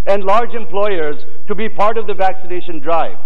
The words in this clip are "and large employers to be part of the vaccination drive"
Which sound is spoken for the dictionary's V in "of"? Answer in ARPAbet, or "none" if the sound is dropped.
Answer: V